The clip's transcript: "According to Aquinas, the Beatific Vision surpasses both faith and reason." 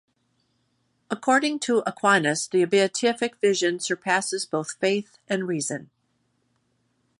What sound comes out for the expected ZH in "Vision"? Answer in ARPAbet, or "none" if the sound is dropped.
ZH